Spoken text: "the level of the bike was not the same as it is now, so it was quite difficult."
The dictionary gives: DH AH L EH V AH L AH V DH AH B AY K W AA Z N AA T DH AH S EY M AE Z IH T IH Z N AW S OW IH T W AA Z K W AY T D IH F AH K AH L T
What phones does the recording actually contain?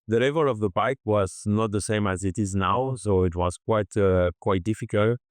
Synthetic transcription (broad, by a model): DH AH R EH V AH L AH V DH AH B AY K W AA Z N AA T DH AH S EY M AE Z IH T IH Z N AW S OW IH T W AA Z K W AY T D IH F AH K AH L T